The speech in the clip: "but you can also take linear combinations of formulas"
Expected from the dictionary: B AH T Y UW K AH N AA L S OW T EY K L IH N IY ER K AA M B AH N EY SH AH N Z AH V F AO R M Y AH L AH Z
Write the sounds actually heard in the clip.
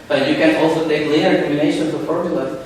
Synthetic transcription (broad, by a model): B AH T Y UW K AH N AA L S OW T EY K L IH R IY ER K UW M AH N EY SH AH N AH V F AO R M Y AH L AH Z